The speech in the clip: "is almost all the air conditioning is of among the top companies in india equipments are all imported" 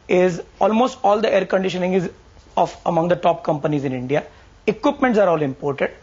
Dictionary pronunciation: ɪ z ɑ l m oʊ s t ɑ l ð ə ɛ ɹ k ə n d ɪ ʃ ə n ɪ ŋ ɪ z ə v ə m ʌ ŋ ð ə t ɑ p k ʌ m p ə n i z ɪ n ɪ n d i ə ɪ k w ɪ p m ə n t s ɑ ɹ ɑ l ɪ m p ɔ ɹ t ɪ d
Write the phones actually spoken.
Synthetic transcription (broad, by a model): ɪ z ɑ l m oʊ s t ɑ l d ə ɛ ɹ k ə n d ɪ ʃ ə n ɪ ŋ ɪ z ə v ə m ʌ ŋ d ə t ɑ p k ʌ m p ə n i z ɪ n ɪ n d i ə ɪ k w ɪ p m ə n t s ɑ ɹ ɑ l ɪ m p ɔ ɹ t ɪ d